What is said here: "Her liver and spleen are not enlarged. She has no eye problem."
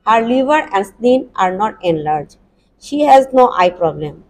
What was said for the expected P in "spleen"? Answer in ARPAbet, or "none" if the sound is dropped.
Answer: none